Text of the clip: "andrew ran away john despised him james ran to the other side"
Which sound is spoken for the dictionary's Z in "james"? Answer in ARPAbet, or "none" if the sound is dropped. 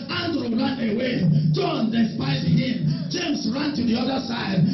S